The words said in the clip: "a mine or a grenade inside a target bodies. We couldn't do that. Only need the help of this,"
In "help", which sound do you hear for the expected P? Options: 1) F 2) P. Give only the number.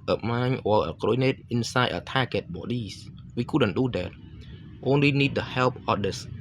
2